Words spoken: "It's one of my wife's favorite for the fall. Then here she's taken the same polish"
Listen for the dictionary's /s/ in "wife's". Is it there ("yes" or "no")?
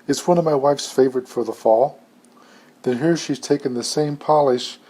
yes